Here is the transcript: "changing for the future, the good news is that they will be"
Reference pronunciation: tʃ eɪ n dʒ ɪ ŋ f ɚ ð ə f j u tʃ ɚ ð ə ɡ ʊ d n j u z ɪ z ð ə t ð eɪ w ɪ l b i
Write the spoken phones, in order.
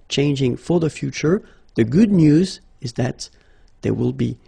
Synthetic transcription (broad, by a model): tʃ eɪ n dʒ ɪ ŋ f ɚ ð ə f j u tʃ ɚ ð ə ɡ ʊ d n j u z ɪ z ð ə t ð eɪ w ɪ l b i